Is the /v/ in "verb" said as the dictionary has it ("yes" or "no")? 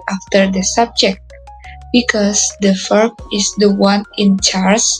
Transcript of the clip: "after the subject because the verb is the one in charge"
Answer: no